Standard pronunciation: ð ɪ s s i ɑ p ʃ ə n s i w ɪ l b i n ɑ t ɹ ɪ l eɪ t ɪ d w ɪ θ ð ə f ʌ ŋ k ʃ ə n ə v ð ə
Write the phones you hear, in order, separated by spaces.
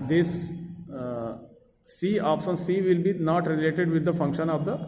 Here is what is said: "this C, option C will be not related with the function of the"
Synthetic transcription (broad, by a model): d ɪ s s i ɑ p s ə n s i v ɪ l b i n ɑ t ɹ ɪ l eɪ t ɪ d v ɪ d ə f ʌ ŋ k ʃ ə n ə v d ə